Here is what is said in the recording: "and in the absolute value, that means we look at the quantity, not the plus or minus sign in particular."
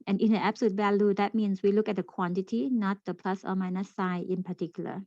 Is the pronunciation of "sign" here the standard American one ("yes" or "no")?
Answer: no